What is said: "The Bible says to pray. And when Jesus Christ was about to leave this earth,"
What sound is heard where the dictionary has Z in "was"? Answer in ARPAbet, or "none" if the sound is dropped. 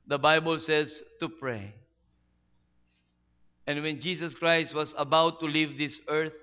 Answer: S